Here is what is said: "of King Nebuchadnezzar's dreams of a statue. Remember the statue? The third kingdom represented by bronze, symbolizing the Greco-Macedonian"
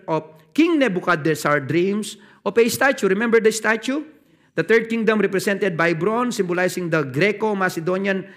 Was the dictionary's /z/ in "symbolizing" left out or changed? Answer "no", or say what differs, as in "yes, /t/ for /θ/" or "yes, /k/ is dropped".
yes, /s/ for /z/